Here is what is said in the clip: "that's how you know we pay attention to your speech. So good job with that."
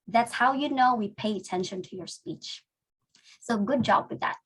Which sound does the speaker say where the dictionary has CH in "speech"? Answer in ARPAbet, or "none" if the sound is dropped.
CH